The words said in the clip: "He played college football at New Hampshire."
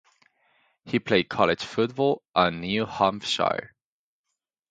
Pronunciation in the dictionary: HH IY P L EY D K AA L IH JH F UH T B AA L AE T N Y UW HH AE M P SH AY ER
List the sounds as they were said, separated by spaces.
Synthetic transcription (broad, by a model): HH IY P L EY D K AA L IH JH F UH T B AA L T N Y UW HH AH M F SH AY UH